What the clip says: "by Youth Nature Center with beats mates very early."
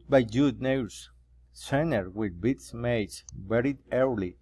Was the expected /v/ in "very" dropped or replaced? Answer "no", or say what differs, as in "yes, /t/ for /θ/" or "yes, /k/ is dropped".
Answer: yes, /b/ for /v/